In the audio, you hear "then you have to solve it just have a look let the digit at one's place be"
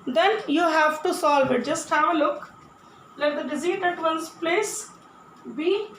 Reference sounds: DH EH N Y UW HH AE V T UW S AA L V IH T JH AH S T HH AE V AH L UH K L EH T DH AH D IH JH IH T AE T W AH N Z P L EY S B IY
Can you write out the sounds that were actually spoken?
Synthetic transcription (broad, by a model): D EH N Y UW HH AE V T UW S AA L V IH T JH AH S T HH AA AH L UH K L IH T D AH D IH Z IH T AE T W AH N S P L EY S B IY